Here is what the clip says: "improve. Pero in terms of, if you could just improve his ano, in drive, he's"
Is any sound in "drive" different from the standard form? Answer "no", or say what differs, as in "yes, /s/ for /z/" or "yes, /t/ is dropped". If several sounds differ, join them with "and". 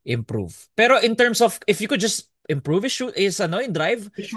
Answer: no